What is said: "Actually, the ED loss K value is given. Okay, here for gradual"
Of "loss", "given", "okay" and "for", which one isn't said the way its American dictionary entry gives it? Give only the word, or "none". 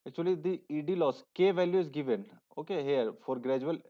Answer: none